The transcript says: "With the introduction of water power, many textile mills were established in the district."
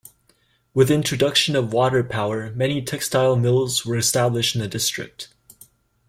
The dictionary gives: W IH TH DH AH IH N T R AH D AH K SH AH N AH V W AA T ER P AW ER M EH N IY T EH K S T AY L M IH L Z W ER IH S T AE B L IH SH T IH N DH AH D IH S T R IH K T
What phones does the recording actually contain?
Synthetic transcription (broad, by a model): W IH DH IH N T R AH D AH K SH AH N AH V W AA T ER P AW ER M EH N IY T EH K S T AY L M IH L Z W ER IH S T AE B L IH SH T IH N DH AH D IH S T R IH K T